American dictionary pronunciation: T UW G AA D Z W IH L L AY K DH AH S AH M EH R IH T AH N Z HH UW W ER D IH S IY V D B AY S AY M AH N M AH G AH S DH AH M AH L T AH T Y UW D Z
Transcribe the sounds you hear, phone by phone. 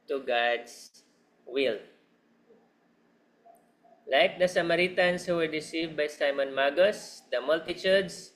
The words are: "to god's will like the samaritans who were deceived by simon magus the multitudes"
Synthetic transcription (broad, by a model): T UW G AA D S W IH L L AY K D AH S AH M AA R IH T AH N S HH UW W ER D IH S IY V D B AY S AY M AH N M AH G AH S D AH M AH L T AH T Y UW D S